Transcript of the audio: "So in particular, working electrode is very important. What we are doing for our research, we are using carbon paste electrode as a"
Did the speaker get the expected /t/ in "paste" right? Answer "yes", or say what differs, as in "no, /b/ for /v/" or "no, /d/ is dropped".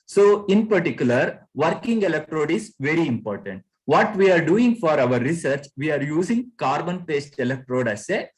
yes